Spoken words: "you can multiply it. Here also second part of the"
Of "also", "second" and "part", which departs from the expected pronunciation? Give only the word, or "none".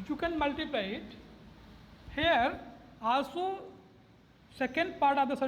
also